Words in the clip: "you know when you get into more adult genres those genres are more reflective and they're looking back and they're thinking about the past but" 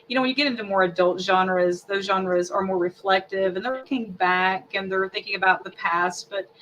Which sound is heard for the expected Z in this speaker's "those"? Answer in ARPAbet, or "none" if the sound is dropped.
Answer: Z